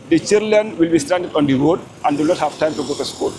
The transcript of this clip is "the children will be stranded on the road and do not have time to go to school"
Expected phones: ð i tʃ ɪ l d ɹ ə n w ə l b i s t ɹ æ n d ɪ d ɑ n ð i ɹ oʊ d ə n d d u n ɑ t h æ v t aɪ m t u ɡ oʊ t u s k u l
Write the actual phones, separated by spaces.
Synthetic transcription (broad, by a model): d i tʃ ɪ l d l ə n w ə l b i s t æ n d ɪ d ɑ n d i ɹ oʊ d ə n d d u n ɑ t h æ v t aɪ m t u ɡ oʊ t u s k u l